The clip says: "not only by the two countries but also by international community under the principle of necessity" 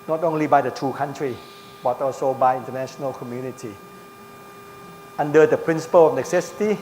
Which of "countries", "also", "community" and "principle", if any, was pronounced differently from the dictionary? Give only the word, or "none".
countries